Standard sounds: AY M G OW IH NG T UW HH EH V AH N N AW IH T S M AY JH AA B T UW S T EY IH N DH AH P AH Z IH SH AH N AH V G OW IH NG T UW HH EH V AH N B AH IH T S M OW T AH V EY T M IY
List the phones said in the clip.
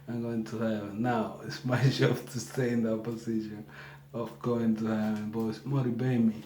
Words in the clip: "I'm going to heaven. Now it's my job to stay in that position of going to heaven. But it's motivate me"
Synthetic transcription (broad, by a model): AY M G OW IH NG T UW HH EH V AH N N AW IH T S M AY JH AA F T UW S T EY IH N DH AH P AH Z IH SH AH N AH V G OW IH NG T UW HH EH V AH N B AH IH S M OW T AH B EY M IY